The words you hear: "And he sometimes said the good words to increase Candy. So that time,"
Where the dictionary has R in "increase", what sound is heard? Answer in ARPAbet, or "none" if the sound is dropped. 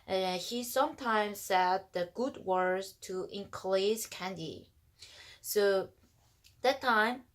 L